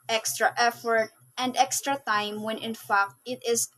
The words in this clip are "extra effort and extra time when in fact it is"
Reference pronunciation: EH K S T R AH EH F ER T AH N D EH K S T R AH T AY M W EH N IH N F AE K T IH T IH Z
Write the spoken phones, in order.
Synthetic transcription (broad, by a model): EH K S T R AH EH F ER T AH N D EH K S T R AH T AY M W EH N IH N F AE K T IH T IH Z